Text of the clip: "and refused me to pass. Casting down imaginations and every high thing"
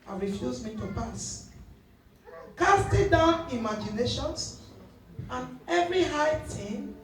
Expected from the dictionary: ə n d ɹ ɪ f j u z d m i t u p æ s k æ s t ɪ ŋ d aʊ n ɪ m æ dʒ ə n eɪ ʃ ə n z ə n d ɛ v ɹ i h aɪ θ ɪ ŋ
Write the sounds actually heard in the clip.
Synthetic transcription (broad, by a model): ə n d ɹ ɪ f j u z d m i t u p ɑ s k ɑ s t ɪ d aʊ n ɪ m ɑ dʒ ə n eɪ ʃ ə n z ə n ɛ v ɹ i h aɪ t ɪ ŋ